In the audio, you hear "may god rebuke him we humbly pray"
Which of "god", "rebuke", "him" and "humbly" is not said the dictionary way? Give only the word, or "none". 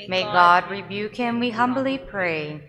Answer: none